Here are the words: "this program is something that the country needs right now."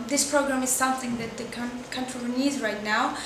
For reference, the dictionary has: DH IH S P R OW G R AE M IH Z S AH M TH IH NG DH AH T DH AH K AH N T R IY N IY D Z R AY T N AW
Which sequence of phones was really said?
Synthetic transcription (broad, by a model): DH IH S P R OW G R AE M IH Z S AH M TH IH NG DH AH T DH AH K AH N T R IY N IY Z R AY T N AW